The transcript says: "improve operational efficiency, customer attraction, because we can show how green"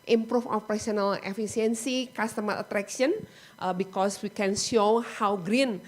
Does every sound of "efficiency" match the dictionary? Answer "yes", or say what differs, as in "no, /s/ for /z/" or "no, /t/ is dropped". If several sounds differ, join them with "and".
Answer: no, /s/ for /ʃ/